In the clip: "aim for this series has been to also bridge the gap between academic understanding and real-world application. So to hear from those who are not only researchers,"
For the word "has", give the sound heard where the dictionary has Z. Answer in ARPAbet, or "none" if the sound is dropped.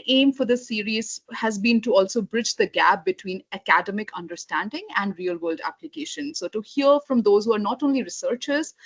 Z